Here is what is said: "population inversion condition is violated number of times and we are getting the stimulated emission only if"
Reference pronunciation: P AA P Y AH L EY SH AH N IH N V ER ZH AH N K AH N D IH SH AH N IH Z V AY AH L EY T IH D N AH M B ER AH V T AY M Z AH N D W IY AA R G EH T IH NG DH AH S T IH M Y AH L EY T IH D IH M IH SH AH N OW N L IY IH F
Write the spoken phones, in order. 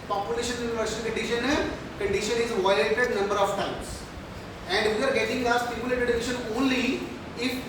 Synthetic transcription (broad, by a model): P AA P Y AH L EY SH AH N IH N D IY SH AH N K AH N D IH SH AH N IH Z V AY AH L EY T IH D N AH M B ER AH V T AY M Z AH N D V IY AA R G EH T IH NG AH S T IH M Y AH L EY T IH D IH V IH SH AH N OW N L IY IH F